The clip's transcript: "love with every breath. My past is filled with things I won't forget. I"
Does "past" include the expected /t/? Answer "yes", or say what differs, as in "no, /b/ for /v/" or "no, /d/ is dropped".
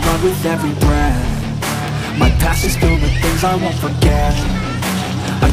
no, /t/ is dropped